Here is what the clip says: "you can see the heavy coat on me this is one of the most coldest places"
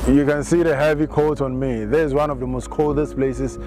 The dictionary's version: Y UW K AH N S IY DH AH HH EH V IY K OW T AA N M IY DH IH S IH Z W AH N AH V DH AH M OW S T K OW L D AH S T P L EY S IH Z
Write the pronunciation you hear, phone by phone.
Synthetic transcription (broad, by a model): Y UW K AH N S IY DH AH HH EH V IY K OW T AA N M IY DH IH IH Z W AH N AH V DH AH M OW S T K OW L D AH S P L EY S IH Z